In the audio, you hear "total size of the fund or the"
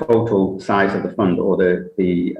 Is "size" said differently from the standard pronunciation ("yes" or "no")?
no